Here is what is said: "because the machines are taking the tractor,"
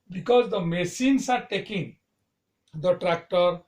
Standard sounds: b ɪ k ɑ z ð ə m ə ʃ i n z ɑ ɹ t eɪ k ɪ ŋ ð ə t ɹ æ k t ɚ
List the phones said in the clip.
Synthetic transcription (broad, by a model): b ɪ k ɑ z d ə m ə s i n s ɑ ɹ t eɪ k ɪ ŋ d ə t ɹ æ k t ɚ